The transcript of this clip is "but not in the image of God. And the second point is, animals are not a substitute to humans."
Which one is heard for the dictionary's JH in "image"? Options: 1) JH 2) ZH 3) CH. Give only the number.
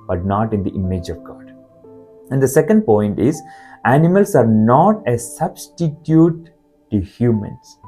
1